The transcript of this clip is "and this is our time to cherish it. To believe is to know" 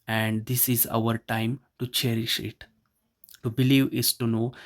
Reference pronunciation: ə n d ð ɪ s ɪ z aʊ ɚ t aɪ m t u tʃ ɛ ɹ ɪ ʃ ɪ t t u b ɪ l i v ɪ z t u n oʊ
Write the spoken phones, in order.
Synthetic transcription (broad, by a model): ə n d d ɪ s ɪ z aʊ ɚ t aɪ m t u tʃ ɛ ɹ ɪ ʃ ɪ t t u b ɪ l i v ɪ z t u n oʊ